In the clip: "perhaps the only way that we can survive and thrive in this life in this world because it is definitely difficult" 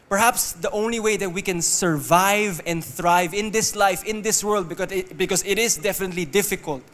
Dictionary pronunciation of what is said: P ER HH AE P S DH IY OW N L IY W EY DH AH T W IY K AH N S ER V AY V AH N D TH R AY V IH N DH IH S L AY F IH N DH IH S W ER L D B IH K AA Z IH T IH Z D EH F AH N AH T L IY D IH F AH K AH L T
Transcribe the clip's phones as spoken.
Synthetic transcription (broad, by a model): P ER HH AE P S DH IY OW N L IY W EY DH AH T W IY K AH N S ER V AY V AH N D TH R AY V IH N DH IH S L AY F IH N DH IH S W ER L D B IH K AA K IH T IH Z D EH F AH N AH T L IY D IH F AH K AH L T